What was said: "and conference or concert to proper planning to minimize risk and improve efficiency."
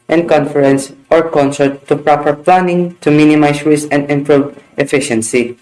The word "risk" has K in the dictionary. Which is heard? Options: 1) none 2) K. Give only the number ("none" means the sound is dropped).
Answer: 1